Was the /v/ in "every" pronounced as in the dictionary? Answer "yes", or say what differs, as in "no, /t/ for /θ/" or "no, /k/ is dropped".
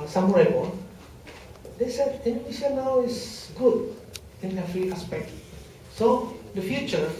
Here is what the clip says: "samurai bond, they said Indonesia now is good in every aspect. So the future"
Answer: no, /f/ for /v/